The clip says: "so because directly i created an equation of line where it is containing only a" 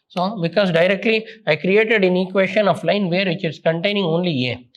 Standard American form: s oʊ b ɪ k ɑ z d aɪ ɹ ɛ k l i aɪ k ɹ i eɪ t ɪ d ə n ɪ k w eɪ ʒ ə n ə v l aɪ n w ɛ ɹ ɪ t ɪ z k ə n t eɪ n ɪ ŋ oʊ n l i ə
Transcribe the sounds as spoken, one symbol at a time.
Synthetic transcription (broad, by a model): s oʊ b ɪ k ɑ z d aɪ ɹ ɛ k l i aɪ k ɹ i eɪ t ɪ d ə n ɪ k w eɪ ʃ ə n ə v l aɪ n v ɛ ɹ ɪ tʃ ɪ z k ə n t eɪ n ɪ ŋ oʊ n l i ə